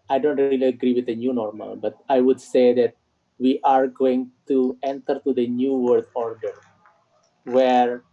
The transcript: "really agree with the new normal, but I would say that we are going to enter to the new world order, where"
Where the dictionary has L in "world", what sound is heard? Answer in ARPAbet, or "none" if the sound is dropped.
none